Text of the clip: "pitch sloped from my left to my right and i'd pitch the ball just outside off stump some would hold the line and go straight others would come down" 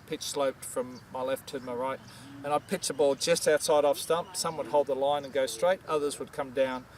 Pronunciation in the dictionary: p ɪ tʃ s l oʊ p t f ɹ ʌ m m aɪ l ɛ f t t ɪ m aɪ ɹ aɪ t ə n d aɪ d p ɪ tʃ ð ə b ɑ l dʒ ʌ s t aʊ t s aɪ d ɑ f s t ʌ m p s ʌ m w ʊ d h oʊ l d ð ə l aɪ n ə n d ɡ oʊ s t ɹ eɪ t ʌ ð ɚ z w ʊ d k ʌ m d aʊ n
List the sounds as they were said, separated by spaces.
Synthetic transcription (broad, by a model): p ɪ tʃ s l oʊ p t f ɹ ʌ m m aɪ l ɛ f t t ɪ m aɪ ɹ aɪ t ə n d aɪ d p ɪ tʃ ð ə b ɑ l dʒ ʌ s t aʊ t s aɪ d ɑ f s t ʌ m p s ʌ m w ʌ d h oʊ l d ð ə l aɪ n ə n ɡ oʊ s t ɹ eɪ t ʌ ð ɚ z w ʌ d k ʌ m d aʊ n